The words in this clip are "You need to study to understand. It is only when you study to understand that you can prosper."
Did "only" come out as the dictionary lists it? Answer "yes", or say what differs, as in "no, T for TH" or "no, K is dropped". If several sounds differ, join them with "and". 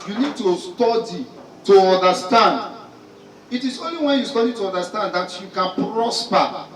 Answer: yes